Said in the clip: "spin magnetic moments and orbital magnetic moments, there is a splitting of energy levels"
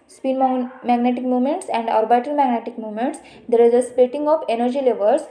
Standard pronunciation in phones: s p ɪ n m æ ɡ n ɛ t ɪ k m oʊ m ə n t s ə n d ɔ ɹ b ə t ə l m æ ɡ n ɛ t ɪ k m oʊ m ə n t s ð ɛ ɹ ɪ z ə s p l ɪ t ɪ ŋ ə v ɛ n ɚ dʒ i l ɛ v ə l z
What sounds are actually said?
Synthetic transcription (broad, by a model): s p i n m æ ɡ n ɛ t ɪ k m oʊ m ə n t s ə n d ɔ ɹ b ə t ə l m æ ɡ n ɛ t ɪ k m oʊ m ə n t s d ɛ ɹ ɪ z ə s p ɛ t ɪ ŋ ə f ɛ n ɚ dʒ i l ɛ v ə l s